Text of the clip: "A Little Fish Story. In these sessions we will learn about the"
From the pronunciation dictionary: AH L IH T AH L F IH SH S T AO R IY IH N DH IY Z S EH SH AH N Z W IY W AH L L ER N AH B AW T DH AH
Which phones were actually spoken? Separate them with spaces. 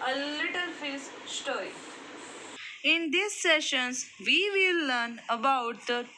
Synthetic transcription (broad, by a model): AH L IH T AH L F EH S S T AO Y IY IH N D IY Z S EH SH AH N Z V IY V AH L L ER N AH B AW T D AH